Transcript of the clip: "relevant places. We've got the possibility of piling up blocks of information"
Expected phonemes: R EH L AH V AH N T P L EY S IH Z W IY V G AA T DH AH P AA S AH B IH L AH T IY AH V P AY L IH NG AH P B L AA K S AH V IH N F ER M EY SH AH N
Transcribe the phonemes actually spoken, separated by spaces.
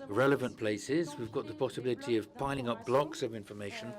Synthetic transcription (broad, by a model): R EH L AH V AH N P L EY S IH Z W IY V G AA T DH AH P AA S AH B IH L AH T IY AH V P AY L IH NG AH P B L AA K S AH V IH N F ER M EY SH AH N